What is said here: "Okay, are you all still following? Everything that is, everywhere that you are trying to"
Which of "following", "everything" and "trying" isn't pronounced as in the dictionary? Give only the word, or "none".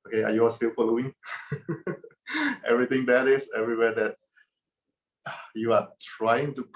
everything